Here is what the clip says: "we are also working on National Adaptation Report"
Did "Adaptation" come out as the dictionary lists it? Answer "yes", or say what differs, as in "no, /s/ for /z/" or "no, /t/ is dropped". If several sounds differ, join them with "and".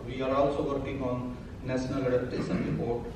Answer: no, /p/ is dropped